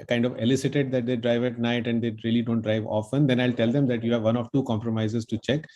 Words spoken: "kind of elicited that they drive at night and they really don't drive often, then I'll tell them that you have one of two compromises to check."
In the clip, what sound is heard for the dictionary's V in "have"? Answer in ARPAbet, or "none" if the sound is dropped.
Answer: V